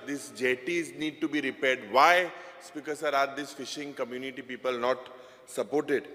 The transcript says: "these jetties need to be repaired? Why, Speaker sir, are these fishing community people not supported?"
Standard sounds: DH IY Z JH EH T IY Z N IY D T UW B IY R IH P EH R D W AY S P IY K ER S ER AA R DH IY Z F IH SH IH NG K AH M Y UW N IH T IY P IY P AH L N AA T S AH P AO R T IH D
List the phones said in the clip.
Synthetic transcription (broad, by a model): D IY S JH EH T IY Z N IY D T UW B IY R IH P EH R D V AY S P IY K ER S ER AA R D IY S F IH SH IH NG K AH M Y UW N IH T IY P IY P AH L N AA T S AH P AO R T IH D